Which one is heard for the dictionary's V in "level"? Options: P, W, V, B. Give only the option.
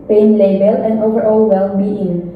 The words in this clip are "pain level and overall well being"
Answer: B